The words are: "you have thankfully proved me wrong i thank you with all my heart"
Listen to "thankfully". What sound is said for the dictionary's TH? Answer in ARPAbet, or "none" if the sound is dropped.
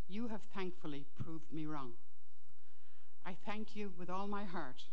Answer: TH